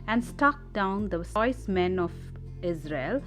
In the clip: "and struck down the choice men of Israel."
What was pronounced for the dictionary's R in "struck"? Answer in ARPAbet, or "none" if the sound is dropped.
none